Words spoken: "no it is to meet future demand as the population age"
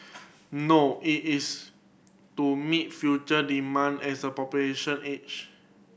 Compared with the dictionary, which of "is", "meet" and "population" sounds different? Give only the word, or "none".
is